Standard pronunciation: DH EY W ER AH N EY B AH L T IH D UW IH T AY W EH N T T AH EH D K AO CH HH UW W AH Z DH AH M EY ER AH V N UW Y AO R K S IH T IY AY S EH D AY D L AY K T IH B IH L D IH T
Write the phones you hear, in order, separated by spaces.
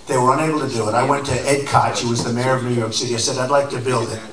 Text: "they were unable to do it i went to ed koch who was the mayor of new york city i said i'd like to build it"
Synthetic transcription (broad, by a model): DH EY W ER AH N EY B L T IH D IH IH T AY W EH N T T EH D K AO CH HH UW W AH Z DH AH M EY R AH V N UW Y AO R K S IH T IY AY S EH D AY D L AY K T IH B IH L D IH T